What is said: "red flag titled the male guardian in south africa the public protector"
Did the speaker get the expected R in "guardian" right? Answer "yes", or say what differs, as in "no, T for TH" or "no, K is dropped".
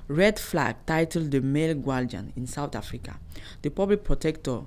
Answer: no, L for R